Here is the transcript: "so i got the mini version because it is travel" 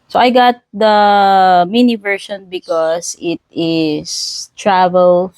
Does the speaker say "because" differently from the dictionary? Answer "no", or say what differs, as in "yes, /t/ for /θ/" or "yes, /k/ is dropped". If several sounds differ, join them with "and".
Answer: yes, /s/ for /z/